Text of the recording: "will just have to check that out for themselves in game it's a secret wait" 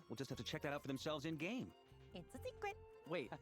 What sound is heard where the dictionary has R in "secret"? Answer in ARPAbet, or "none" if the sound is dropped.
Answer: none